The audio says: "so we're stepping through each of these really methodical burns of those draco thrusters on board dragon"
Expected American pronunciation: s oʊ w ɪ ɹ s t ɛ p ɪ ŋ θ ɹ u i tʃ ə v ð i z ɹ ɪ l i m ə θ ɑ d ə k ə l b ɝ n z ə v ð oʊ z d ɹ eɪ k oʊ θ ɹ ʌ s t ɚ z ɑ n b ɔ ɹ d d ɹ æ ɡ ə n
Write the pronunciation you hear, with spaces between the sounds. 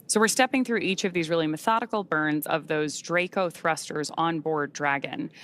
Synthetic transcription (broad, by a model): s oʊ w ɪ ɹ s t ɛ p ɪ ŋ θ ɹ u i tʃ ə v ð i z ɹ ɪ l i m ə θ ɑ d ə k l b ɝ n z ə v ð oʊ z d ɹ eɪ k oʊ θ ɹ ʌ s t ɚ z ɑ n b ɔ ɹ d d ɹ æ ɡ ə n